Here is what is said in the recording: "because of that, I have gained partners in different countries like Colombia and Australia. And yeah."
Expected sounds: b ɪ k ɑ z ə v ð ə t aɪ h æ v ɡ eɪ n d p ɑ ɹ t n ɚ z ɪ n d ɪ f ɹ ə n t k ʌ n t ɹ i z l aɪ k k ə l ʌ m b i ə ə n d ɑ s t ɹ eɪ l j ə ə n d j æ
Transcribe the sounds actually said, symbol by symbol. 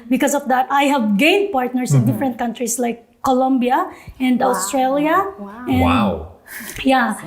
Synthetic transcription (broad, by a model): b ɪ k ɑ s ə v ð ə t aɪ h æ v ɡ eɪ n d p ɑ ɹ t n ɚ s ɪ n d ɪ f ɹ ə n t k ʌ n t ɹ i s l aɪ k k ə l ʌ m b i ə ə n d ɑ s t ɹ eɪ l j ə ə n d j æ